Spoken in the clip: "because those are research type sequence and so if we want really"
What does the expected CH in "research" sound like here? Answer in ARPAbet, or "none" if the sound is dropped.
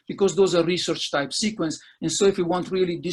CH